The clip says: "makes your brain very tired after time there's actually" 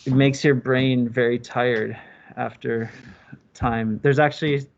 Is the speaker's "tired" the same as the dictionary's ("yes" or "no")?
yes